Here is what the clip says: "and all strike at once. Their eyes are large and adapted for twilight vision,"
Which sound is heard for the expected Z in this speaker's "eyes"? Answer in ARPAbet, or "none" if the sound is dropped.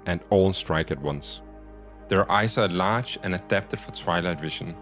S